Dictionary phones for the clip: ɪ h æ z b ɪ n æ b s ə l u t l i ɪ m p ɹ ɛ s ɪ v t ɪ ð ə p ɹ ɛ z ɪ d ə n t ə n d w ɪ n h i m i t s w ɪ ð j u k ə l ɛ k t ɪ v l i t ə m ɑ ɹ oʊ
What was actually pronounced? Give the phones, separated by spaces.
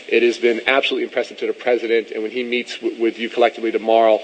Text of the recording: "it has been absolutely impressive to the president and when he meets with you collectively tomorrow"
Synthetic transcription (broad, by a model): ɪ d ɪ z b ɪ n æ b s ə l u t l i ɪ m p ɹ ɛ s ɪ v t ɪ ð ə p ɹ ɛ z ɪ d ə n t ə n w ɪ n i m i t s w ɪ ð j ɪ k ə l ɛ k t ɪ v l i t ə m ɑ ɹ oʊ